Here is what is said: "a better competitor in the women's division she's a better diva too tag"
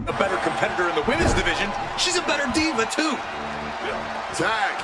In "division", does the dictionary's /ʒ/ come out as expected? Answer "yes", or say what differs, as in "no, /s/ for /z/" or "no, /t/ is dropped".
yes